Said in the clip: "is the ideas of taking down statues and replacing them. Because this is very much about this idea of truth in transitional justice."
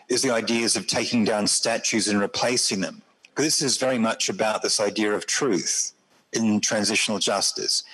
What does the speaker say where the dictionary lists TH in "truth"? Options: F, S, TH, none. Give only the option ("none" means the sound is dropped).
TH